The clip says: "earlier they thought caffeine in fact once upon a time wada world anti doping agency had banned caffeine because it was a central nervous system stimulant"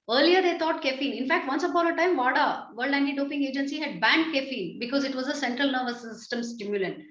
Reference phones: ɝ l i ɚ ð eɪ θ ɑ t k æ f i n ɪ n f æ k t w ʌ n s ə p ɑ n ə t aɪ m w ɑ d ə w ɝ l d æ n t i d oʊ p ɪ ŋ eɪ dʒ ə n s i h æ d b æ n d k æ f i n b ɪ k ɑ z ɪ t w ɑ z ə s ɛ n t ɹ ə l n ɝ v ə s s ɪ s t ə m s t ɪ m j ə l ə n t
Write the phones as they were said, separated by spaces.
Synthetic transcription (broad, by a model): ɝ l i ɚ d eɪ t ɑ t k æ f i n ɪ n f æ k t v ʌ n s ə b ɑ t ə t aɪ m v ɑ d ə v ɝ l d æ n t i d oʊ p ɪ ŋ eɪ dʒ ə n s i h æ d b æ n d k æ f i n b ɪ k ɑ z ɪ t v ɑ z ə s ɛ n t ɹ ə l n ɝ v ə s s ɪ s t ə m s t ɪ m j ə l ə n t